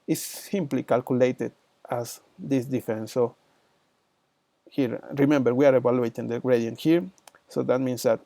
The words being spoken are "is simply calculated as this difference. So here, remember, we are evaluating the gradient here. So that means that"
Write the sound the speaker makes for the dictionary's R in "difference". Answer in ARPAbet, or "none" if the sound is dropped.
none